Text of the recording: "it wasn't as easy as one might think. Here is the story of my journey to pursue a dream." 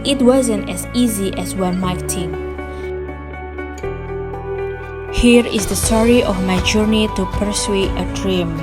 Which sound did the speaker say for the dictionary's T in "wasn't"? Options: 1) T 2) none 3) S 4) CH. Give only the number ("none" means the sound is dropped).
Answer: 1